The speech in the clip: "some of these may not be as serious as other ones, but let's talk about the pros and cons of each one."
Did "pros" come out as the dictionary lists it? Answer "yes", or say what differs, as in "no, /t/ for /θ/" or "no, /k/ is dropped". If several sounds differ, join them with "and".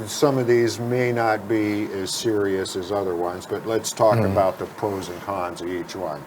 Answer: no, /ɹ/ is dropped